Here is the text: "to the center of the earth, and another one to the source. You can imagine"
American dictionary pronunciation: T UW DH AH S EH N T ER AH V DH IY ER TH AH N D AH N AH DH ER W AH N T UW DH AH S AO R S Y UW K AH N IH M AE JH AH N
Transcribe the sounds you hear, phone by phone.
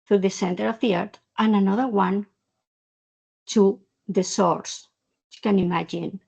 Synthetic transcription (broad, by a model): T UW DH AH S EH N T ER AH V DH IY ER T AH N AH N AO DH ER W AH N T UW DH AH S AO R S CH K AH N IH M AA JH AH N